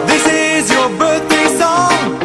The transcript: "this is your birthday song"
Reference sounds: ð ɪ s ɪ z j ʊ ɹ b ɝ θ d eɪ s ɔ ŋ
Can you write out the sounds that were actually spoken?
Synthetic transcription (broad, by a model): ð ɪ s ɪ z j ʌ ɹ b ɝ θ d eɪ s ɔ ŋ